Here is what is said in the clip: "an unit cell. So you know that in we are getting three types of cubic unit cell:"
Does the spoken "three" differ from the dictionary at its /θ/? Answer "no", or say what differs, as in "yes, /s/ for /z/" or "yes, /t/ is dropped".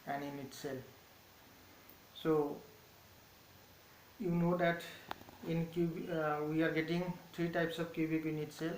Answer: yes, /t/ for /θ/